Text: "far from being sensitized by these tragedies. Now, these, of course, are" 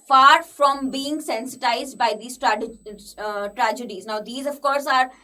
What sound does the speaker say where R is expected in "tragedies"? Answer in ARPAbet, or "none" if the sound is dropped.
R